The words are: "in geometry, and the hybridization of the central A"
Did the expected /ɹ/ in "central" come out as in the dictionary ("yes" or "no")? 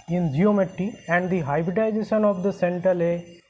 no